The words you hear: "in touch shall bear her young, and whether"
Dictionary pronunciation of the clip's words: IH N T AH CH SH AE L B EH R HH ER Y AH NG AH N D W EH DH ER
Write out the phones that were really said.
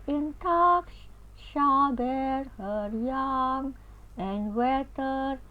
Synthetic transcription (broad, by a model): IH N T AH S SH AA B EH R HH ER Y AH NG AH N D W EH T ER